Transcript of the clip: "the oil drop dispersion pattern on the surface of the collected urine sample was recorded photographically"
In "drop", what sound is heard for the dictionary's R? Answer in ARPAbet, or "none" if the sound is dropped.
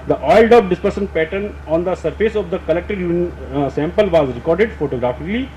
none